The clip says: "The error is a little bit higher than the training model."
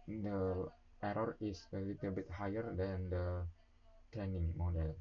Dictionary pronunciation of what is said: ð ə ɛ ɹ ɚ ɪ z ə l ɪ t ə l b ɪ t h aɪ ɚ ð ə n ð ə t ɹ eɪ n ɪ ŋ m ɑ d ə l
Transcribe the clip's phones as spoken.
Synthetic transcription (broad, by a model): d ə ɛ ɹ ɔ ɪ s ə l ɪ t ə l b ɪ t h aɪ ɚ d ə n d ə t eɪ n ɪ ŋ m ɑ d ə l